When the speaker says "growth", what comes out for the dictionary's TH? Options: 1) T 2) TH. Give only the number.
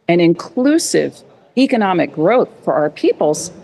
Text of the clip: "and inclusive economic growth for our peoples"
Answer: 2